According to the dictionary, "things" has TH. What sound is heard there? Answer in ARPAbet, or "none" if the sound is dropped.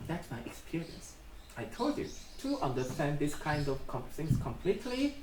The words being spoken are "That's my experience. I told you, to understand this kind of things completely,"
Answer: S